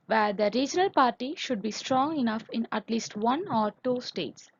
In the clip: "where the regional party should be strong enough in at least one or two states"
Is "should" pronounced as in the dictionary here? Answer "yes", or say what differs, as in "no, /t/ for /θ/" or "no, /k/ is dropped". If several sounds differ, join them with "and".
yes